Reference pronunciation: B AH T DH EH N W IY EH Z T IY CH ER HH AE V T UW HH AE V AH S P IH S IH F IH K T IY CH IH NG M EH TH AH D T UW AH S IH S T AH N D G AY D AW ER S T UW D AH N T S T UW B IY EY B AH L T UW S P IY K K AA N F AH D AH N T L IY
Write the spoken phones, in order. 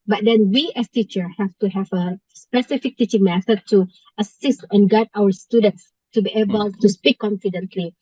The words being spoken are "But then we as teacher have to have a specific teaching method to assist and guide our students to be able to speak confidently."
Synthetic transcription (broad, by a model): B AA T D EH N W IY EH S T IY CH ER HH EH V T UW HH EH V AH S P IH S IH F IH K T IY CH IH NG M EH S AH T UW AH S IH S T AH N G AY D AW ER S T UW D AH N T S T UW B IY EY B AH L T UW S P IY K K AA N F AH D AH N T L IY